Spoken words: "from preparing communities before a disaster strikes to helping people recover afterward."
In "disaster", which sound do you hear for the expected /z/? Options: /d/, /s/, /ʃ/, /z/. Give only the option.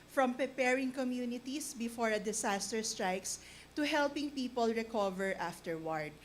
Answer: /s/